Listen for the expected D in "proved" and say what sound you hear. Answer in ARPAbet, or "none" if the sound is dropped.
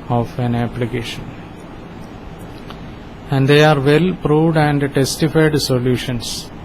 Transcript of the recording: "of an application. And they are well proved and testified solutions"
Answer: D